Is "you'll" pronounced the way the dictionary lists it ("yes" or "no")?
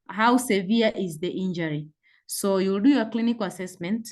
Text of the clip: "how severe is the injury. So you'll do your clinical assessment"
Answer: yes